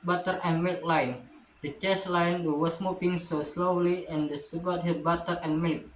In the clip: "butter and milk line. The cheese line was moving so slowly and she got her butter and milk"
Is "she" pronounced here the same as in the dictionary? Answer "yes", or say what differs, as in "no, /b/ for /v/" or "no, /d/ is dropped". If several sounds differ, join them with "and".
no, /s/ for /ʃ/